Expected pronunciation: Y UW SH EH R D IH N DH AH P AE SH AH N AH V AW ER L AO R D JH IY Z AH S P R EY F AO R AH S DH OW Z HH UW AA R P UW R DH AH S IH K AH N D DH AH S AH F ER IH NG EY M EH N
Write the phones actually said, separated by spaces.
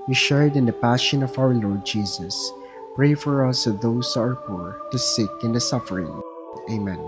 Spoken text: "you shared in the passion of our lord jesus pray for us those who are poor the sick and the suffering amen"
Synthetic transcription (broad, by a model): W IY SH EH R D IH N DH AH P AE SH AH N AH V AW ER L AO R D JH IY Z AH S P R EY F AO R AH S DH OW S HH UW AA R P UW R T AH S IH K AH N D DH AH S AH F ER IH NG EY M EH N